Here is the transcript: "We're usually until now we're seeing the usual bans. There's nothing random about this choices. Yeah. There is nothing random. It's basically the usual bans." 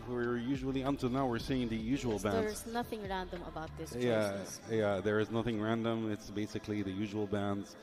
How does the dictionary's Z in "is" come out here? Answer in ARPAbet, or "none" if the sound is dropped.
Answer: Z